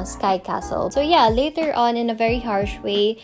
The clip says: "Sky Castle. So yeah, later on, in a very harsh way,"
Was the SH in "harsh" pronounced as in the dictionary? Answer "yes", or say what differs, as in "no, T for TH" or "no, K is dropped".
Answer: yes